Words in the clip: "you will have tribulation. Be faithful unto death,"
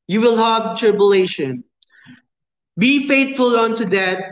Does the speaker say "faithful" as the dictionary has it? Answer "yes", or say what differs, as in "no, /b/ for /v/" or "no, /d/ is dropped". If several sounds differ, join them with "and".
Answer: no, /t/ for /θ/